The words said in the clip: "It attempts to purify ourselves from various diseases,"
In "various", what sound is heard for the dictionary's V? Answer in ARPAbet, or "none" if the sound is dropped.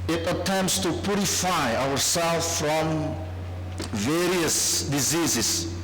V